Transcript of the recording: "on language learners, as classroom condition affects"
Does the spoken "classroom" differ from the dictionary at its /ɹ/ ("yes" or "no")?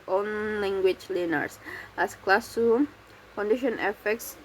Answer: yes